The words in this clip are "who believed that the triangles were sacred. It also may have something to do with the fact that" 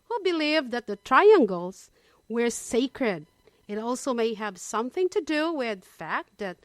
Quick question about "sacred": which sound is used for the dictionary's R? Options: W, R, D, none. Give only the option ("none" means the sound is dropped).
R